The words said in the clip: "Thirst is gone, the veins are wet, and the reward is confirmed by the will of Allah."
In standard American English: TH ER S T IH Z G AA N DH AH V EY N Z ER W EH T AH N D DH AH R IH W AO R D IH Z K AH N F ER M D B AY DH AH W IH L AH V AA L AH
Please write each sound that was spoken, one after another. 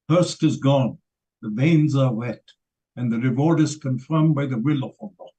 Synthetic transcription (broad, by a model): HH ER S T IH Z G AA N DH AH V EY N Z ER W EH T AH N DH AH R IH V AO R D IH Z K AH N F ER M B AY DH AH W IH L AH F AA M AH